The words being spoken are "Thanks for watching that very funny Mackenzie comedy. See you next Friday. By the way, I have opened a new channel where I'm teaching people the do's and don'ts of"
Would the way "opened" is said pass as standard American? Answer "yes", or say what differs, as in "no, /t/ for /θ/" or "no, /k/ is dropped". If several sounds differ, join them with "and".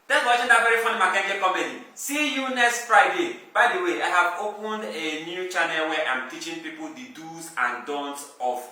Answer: yes